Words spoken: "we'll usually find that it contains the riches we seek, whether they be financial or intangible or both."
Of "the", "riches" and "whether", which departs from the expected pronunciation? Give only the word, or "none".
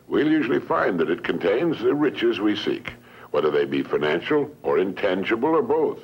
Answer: none